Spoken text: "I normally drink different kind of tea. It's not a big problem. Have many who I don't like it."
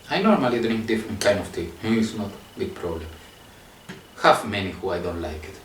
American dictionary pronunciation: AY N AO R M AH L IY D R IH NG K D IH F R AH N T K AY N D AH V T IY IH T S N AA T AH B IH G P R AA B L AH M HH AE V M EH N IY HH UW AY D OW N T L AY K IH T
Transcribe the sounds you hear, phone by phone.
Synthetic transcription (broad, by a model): AY N AO R M AH L IY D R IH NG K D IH F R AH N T K AY N D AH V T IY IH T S N AA T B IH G P R AA B L AH M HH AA F M EH N IY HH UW AY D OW N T L AY K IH T